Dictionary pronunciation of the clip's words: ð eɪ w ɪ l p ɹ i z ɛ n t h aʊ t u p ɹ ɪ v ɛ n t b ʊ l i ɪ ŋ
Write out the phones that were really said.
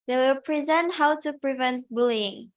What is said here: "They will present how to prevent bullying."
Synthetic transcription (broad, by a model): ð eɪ w ɪ l p ɹ i z ɛ n t h aʊ t u p ɹ ɪ v ɛ n t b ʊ l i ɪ ŋ